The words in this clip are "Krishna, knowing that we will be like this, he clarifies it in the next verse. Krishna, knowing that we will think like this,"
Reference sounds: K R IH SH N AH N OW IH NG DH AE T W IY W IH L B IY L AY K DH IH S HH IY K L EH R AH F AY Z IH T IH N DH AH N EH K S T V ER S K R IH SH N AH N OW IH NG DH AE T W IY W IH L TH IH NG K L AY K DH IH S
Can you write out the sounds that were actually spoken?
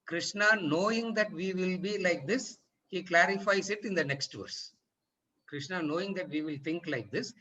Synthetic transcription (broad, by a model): K R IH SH N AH N OW IH NG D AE T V IY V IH L B IY L AY K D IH S HH IY K L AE R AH F AY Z IH T IH N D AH N EH K S T V ER S K R IH SH N AH N OW IH NG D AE T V IY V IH L T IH NG K L AY K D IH S